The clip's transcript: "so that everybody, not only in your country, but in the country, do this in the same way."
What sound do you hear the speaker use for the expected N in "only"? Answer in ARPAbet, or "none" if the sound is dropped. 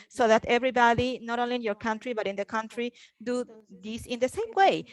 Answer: none